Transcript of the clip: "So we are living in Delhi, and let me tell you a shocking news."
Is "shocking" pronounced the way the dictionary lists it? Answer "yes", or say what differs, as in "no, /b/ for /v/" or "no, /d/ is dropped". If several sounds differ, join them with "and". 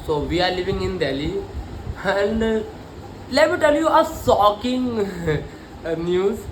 no, /s/ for /ʃ/